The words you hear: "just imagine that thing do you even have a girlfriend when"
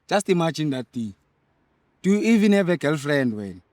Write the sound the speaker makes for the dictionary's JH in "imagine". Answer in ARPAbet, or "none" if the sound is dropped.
CH